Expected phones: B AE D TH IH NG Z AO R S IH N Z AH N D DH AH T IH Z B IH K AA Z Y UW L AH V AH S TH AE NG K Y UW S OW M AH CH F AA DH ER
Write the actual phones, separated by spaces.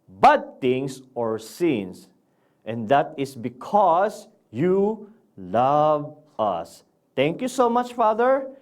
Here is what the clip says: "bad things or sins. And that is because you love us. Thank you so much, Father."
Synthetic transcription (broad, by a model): B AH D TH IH NG S AO R S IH N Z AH N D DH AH T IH S B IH K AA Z Y UW L AH V AH S T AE NG K Y UW S OW M AH CH F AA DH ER